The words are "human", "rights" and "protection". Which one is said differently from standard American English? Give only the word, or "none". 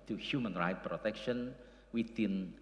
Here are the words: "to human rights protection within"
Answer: rights